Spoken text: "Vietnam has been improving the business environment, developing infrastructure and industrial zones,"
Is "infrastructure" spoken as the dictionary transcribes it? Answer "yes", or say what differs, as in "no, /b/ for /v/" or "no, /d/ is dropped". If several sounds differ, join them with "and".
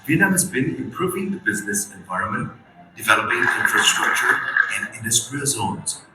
yes